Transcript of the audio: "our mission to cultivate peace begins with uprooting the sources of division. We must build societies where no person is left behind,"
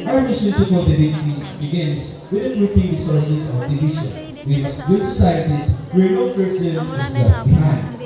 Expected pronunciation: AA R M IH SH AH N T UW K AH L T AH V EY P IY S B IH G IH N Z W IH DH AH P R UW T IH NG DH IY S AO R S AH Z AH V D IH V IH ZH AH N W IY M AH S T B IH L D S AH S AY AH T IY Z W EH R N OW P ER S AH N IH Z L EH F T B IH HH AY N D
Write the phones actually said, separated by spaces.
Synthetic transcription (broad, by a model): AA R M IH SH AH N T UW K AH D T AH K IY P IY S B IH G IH N S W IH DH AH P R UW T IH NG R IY S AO R S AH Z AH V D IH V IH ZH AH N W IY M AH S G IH D S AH S AY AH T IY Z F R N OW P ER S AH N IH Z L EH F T B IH HH AY N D